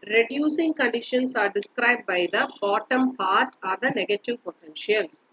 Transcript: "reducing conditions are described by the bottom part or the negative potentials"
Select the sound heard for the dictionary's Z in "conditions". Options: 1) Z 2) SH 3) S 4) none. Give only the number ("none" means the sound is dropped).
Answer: 3